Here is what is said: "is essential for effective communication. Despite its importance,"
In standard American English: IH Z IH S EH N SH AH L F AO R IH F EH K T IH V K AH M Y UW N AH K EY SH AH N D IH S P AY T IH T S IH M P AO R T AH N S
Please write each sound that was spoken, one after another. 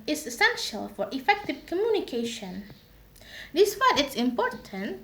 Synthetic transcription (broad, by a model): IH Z IH S EH N SH AH L F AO R IH F EH K T IH V K AH M Y UW N AH K EY SH AH N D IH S F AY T IH T S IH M P AO R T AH N